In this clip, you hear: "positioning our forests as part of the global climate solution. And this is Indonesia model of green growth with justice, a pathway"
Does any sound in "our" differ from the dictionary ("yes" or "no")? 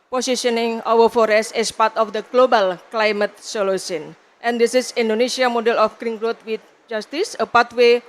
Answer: yes